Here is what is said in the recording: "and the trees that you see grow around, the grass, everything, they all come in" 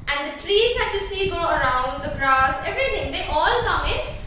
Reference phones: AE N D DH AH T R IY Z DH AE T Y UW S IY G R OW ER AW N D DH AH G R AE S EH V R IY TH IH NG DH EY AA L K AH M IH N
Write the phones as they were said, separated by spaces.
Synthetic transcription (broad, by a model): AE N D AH T R IY Z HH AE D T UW S IY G OW ER AW N D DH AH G R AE S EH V R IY T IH NG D EY AA L K AH M IH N